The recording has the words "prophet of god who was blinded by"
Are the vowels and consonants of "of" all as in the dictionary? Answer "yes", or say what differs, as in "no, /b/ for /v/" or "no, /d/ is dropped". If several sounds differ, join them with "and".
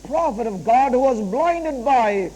yes